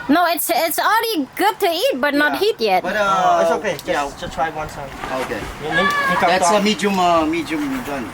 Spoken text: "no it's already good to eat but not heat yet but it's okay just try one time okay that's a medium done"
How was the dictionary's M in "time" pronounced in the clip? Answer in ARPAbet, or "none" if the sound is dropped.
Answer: none